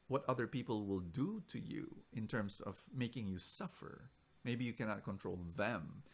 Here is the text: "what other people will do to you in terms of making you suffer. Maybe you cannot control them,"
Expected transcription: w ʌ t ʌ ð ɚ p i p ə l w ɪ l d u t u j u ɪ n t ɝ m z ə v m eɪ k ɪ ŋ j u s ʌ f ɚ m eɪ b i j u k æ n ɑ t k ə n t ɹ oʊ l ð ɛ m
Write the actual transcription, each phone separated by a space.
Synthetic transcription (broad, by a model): w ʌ t ʌ ð ɚ p i p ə l w ɪ l d u t u j u ɪ n t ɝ m s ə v m eɪ k ɪ ŋ j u s ʌ f ɚ m eɪ b i j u k æ n ɑ t k ə n t ɹ oʊ l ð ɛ m